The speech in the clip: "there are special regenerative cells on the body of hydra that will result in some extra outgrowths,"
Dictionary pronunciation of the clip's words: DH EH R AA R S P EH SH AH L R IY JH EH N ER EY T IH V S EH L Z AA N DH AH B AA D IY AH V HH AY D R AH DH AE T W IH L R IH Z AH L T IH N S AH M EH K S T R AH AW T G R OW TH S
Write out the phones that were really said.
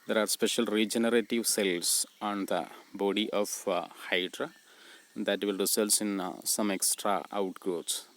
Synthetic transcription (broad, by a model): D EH R AA R S P EH SH AH L R IY JH EH N ER EY T IH V S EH L S AA N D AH B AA D IY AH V HH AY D R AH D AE T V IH L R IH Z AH L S IH N S AH M EH K S T R AH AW T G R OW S